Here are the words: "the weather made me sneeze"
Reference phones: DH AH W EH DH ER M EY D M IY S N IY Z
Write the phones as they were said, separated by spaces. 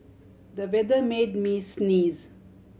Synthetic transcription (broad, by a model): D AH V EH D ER M EY D M IY S N IY Z